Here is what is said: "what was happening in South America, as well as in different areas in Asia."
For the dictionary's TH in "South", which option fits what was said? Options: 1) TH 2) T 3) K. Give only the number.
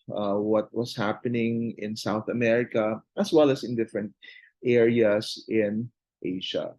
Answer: 1